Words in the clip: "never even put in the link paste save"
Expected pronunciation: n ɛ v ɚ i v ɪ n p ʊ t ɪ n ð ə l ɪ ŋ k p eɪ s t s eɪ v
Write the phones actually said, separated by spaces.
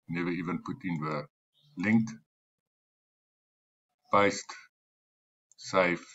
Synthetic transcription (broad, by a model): n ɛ v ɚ i v ɪ n p ʊ t ɪ n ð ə l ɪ ŋ k b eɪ s t s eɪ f